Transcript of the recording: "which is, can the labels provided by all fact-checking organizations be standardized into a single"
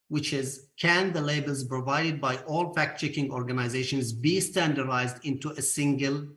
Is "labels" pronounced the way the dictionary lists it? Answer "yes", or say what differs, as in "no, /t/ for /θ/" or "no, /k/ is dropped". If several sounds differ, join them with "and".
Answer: yes